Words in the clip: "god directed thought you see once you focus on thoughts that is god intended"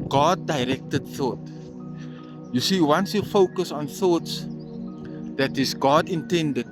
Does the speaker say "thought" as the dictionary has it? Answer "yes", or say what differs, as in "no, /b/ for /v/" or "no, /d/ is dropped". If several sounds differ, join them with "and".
yes